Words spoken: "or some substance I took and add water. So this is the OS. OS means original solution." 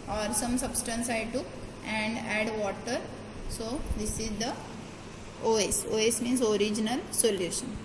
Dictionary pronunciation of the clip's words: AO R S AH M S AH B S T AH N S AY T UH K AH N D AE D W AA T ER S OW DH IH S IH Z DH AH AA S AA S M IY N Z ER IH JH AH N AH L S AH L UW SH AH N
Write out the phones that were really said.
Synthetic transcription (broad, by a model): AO R S AH M S AH B S T AH N S AY T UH K AH N D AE D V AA T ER S OW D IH S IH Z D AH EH S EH S M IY N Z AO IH JH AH N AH L S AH L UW SH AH N